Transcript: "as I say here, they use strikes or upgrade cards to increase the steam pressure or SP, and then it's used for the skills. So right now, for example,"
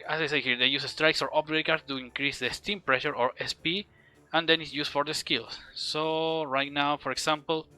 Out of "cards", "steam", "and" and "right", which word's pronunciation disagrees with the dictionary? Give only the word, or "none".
cards